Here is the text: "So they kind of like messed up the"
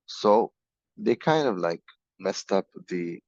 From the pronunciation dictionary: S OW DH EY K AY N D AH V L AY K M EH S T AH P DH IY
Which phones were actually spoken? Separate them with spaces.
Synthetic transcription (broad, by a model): S OW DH EY K AY N D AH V L AY K M EH S T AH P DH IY